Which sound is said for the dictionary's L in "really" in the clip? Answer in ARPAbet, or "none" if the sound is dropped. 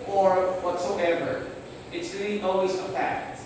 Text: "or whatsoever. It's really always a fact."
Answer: N